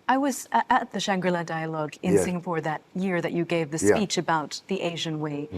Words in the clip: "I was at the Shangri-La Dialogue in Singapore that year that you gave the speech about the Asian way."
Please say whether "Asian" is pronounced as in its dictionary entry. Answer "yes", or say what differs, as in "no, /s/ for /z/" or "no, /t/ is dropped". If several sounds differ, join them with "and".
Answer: yes